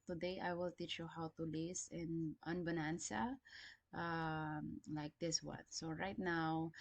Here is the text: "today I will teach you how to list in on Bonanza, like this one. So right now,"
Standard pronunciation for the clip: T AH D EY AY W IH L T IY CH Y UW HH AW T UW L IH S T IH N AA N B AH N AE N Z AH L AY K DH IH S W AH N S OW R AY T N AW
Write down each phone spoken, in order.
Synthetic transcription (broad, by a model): T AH D EY AY W IH L T IY CH Y UW HH AW T UW L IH S IH N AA N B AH N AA N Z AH L AY K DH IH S W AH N S OW R AY T N AW